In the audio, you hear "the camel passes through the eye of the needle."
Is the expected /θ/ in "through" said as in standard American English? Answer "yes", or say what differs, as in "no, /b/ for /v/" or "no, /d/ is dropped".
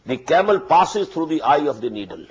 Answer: no, /t/ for /θ/